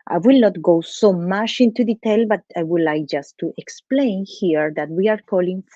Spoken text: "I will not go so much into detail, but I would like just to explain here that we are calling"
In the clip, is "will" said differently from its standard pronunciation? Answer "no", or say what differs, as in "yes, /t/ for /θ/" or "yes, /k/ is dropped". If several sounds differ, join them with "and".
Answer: no